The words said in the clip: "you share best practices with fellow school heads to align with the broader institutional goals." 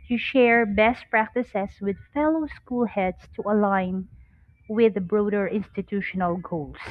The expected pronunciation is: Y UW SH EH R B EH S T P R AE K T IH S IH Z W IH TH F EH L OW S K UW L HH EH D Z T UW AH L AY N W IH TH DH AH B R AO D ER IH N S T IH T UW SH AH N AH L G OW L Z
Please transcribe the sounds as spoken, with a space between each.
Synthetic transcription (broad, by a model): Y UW SH EH R B EH S T P R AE K T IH S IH S W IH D F EH L OW S K UW L HH EH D S T UW AH L AY N W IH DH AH B R AO D ER IH N S T IH T UW SH AH N AH L G OW L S